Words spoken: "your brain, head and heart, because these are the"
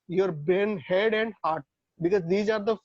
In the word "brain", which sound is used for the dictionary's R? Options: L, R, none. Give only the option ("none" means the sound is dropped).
none